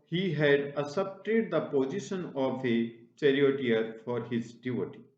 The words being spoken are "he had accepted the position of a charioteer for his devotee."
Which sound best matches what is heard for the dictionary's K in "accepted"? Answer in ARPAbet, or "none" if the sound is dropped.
none